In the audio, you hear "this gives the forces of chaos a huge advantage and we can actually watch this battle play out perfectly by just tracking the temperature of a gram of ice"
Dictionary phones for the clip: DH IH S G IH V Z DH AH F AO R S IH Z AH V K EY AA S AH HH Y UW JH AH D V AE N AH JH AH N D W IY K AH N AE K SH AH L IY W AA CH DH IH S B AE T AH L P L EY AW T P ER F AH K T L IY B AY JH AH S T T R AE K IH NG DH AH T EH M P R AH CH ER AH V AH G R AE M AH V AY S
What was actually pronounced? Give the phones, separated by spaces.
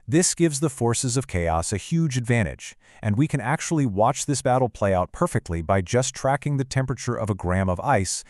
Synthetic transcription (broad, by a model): DH IH S G IH V Z DH AH F AO R S IH Z AH V K EY AA S AH HH Y UW JH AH D V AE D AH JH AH N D W IY K AH N AE K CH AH L IY W AA CH DH IH S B AE T L P L EY AW T P ER F AH K T L IY B AY JH AH S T T R AE K IH NG DH AH T EH M P R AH CH ER AH V AH G R AE M AH V AY S